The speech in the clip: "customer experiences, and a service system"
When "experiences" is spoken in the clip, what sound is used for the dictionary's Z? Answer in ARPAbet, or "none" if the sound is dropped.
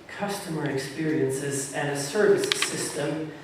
Z